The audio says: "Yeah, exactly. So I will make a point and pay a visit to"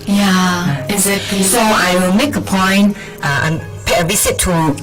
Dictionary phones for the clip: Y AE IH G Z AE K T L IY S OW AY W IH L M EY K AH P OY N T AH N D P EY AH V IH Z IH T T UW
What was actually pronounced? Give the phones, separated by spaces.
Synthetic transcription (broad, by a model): Y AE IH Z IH T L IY S OW AY W IH L M EY K AH P OY N T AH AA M P EY AH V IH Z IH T T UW